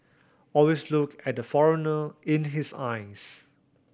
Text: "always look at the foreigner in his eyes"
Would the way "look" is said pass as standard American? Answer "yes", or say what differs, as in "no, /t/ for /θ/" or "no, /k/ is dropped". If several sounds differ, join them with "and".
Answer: yes